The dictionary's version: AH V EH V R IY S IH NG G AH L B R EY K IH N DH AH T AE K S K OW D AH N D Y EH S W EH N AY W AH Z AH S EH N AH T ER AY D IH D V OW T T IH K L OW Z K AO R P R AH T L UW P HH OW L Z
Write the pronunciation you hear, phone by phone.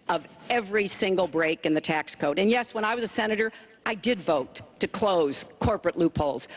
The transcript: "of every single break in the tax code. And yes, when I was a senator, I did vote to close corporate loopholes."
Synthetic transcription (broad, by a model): AH V EH V R IY S IH NG G L B R EY K IH N DH AH T AE K S K OW D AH N Y EH S W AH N AY W AH Z AH S EH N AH T ER AY D IH D V OW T T IH K L OW Z K AO R P R AH T L UW P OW L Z